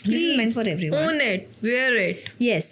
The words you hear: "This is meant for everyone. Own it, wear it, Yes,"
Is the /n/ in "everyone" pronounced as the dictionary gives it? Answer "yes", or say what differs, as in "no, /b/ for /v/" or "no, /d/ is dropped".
no, /n/ is dropped